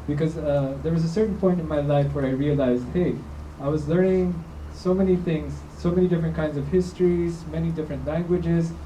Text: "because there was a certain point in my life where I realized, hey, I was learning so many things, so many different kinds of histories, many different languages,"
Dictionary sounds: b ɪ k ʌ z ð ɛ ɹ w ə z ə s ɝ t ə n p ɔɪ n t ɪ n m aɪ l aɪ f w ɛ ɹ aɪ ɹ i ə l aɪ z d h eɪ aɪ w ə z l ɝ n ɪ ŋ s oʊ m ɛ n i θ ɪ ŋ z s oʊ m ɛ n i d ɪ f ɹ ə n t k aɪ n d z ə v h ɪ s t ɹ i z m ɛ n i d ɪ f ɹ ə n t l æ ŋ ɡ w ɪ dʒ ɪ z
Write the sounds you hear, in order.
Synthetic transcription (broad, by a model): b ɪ k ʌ z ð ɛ ɹ w ə z ə s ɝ t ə n p ɔɪ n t ɪ n m aɪ l aɪ f w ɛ ɹ aɪ ɹ i ə l aɪ z d h eɪ aɪ w ə z l ɝ n ɪ ŋ s oʊ m ɛ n i θ ɪ ŋ z s oʊ m ɛ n i d ɪ f ɹ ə n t k aɪ n d z ə v h ɪ s t ɹ i z m ɛ n i d ɪ f ɹ ə n t l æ ŋ ɡ w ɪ dʒ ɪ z